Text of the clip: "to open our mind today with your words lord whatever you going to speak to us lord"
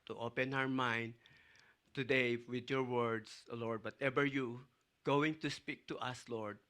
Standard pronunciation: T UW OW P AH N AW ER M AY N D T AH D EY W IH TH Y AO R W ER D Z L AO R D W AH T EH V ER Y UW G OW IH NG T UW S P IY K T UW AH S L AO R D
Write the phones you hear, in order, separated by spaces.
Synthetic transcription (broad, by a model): T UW OW P AH N AW ER M AY N D T AH D EY W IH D Y AO R W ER D S L AO R D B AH T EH B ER Y UW G OW IH NG T UW S P IY K T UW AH S L AO R D